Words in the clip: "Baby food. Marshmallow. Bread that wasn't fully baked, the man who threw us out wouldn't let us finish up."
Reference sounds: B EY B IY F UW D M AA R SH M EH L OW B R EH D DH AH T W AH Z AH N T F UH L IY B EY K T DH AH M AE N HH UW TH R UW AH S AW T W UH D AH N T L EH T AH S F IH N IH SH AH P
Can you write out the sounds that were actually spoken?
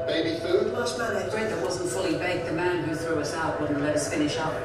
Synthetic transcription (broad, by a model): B EY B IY F UW D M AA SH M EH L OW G R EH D DH AH T W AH Z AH N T F UH L IY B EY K DH AH M AE N HH UW TH R UW AH S AW T W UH D N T L EH T AH S F IH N IH SH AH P